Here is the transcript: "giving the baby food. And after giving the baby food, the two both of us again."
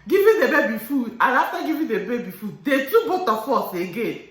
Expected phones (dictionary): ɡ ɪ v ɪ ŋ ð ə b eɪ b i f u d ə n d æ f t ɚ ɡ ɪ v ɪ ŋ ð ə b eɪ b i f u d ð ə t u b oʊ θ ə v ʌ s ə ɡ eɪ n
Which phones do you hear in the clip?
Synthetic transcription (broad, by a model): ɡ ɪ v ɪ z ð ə b eɪ b i f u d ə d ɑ t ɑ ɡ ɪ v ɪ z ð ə b eɪ b i f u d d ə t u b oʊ t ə f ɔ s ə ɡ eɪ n